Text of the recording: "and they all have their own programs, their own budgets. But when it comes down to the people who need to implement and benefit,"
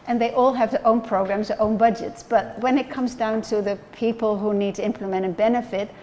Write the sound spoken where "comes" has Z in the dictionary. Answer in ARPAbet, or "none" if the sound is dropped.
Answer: Z